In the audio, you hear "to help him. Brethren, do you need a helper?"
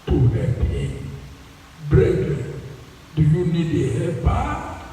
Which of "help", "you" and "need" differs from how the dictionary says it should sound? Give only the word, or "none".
help